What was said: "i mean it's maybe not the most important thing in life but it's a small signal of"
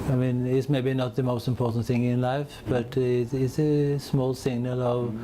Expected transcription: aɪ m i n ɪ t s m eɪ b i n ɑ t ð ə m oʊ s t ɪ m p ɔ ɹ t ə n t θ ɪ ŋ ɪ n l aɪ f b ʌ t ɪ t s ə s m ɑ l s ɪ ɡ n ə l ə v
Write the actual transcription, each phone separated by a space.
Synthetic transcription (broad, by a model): aɪ m i n ɪ t s m eɪ b i n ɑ t ð ə m oʊ s t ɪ m p ɔ ɹ t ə n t θ ɪ ŋ ɪ n l aɪ f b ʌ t ɪ t s ə s m ɑ l s ɪ ɡ n ə l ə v